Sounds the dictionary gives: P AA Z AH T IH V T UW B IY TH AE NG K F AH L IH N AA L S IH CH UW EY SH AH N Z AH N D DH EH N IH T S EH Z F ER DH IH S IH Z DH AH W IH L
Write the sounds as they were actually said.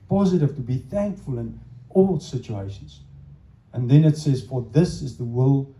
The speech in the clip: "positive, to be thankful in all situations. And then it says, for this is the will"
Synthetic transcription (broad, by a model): P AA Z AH T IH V T UW B IY TH AE NG K F AH L IH N AA L S IH CH UW EY SH AH N Z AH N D DH EH N IH T S EH Z F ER DH IH S IH Z DH AH W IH L